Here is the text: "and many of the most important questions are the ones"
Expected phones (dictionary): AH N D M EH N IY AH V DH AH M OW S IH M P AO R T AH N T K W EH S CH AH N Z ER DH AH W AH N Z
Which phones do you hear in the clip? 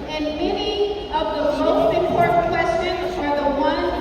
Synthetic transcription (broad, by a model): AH N M EH N IY AH V DH AH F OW IH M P AO R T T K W EH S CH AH N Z ER DH AH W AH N